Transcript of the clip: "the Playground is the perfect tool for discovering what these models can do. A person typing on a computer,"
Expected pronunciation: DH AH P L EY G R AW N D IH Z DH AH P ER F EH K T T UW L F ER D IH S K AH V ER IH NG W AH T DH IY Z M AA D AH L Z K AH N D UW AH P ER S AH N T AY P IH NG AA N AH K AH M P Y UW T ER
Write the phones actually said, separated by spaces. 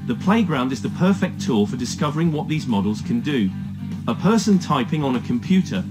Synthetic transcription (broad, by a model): DH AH P L EY G R AW N D IH Z DH AH P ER F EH K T T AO F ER D IH S K AH V ER IH NG W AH T DH IY Z M AA D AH L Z K AH N D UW AH P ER S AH N T AY P IH NG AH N AH K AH M P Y UW T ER